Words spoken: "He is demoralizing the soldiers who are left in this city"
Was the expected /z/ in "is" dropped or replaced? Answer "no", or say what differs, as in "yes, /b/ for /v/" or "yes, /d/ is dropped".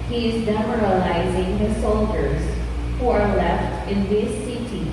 no